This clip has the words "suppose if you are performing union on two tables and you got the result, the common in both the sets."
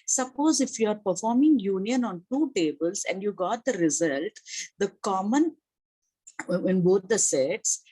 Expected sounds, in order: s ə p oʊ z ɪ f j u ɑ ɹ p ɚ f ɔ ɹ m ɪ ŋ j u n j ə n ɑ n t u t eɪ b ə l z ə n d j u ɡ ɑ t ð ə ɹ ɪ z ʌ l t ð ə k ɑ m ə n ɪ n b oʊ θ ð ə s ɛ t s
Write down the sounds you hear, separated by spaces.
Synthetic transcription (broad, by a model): s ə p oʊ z ɪ f j u ɑ ɹ p ɚ f ɔ ɹ m ɪ ŋ j u n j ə n ɑ n t u t eɪ b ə l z ə n d j u ɡ ɑ t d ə ɹ ɪ z ʌ l t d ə k ɑ m ə n ɪ n b oʊ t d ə s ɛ t s